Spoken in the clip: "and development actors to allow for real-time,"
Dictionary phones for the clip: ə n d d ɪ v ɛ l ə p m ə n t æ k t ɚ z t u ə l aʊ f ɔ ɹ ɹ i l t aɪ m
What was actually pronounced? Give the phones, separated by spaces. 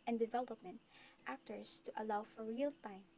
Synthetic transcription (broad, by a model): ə n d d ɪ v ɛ l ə p m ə n t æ k t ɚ s t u ə l aʊ f ɔ ɹ ɹ i l t aɪ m